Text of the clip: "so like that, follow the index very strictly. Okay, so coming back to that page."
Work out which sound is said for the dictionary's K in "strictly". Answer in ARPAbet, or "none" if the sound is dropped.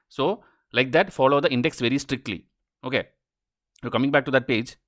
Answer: K